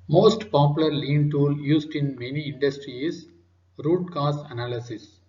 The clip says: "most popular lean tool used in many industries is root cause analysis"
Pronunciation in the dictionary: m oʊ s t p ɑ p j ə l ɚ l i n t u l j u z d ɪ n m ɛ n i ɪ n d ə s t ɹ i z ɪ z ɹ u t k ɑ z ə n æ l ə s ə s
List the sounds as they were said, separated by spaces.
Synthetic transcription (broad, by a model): m oʊ s t p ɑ p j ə l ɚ l i n t u l j u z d ɪ n m ɛ n i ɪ n d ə s t ɹ i ɪ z ɹ u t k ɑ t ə n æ l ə s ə s